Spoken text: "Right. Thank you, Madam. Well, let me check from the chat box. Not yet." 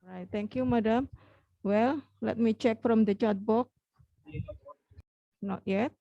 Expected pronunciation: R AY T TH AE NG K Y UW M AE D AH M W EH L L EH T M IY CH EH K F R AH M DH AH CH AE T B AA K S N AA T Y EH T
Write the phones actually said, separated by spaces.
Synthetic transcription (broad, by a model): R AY T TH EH NG K Y UW M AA D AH M W EH L L EH T M IY CH EH K F R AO M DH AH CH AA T B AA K N AA T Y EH T